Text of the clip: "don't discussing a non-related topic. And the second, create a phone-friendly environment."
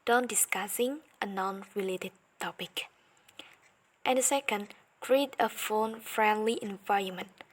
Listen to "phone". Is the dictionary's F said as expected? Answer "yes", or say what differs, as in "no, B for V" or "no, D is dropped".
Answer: yes